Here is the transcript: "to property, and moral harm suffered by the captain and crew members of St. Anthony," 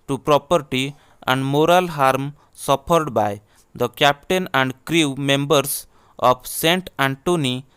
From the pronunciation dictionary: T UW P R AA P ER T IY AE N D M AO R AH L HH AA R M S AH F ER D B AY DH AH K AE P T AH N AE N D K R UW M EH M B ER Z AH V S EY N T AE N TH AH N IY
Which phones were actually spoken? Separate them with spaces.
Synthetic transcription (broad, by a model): T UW P R AA P ER T IY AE N D M AO R AH L HH AA R M S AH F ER D B AY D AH K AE P T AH N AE N D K R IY M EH M B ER S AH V S EY N T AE N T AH N IY